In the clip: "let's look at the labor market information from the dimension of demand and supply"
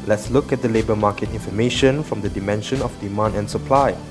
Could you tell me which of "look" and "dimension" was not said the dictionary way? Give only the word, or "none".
none